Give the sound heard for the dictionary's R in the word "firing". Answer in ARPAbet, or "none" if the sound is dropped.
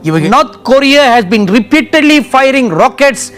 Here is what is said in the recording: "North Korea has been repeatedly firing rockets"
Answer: R